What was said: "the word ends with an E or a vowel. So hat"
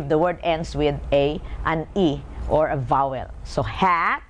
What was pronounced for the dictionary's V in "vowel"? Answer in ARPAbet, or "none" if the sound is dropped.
V